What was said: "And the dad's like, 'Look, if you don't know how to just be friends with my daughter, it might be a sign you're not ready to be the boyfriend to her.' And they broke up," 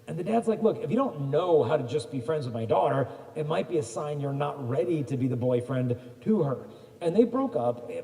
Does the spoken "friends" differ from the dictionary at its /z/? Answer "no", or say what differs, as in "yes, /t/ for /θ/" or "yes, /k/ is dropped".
no